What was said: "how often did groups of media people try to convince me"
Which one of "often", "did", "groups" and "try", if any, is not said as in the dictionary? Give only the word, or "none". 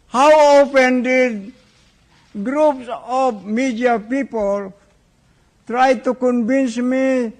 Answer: often